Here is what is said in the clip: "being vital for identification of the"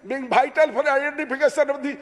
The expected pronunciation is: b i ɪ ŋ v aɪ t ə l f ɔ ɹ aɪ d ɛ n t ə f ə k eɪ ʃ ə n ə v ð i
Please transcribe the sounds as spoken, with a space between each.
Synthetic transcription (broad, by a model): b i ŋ b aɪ t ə l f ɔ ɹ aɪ d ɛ n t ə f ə k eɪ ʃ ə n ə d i